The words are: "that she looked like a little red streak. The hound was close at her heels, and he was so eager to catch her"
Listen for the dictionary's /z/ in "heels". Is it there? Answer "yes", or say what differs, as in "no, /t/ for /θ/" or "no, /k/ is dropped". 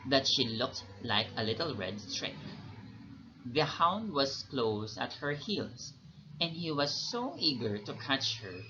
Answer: no, /s/ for /z/